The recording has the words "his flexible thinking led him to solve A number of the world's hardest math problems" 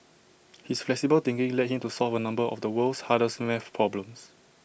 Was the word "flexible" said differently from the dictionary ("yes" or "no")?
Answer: no